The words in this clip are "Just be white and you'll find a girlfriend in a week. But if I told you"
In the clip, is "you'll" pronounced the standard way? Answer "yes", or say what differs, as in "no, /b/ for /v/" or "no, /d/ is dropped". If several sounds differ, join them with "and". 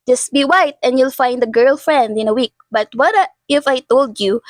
yes